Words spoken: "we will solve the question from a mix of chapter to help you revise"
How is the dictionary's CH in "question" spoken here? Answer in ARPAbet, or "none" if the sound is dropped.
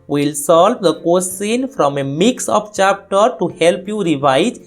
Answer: S